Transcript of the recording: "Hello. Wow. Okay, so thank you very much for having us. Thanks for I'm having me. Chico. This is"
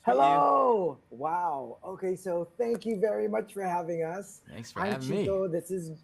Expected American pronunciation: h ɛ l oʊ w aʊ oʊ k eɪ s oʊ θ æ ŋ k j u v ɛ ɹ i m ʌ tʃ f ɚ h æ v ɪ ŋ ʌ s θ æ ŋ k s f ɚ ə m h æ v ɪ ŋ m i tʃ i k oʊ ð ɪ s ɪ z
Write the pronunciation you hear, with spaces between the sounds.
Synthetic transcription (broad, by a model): h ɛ l oʊ w aʊ oʊ k eɪ s oʊ θ æ ŋ k j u v ɛ ɹ i m ʌ tʃ f ɚ h æ v ɪ ŋ ʌ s s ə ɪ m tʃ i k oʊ ð ɪ s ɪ z